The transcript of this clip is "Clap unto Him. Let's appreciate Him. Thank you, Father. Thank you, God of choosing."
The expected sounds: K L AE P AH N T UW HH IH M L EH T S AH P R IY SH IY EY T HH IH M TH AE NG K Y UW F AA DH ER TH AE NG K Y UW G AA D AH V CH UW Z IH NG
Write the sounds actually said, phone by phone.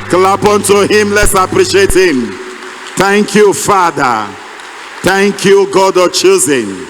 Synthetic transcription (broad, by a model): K L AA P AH N T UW HH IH M L EH T S AH P R IY SH IY EY T HH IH M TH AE NG K Y UW F AA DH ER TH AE NG K Y UW G AA D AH CH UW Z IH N